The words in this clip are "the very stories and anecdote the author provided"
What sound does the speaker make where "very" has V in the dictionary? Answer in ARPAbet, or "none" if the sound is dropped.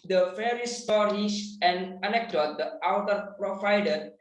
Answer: F